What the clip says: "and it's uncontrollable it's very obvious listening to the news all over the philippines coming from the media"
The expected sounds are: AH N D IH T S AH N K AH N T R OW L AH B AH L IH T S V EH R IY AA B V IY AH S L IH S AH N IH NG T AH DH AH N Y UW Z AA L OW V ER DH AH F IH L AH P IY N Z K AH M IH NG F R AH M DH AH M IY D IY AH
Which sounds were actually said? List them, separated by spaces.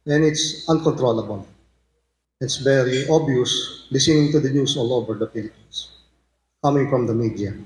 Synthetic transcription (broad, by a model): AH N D IH T S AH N K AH N T R OW L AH B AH L IH T S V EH R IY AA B IY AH S L IH S AH N IH NG T AH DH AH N Y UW S AA L OW V ER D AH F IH L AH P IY N S K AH M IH NG F R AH M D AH M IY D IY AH